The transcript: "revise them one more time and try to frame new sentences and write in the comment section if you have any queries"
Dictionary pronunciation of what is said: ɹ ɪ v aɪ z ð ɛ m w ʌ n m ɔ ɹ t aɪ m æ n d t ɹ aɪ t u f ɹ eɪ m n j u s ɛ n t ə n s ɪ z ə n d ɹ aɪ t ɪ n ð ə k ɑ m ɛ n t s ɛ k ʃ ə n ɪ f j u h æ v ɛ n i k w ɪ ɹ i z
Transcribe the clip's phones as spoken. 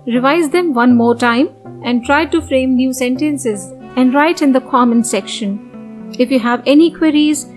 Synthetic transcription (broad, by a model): ɹ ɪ v aɪ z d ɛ m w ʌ n m ɔ ɹ t aɪ m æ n d t ɹ aɪ t u f ɹ eɪ m n j u s ɛ n t ə n s ɪ z ə n d ɹ aɪ t ɪ n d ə k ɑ m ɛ n s ɛ k ʃ ə n ɪ f j u h æ v ɛ n i k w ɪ ɹ i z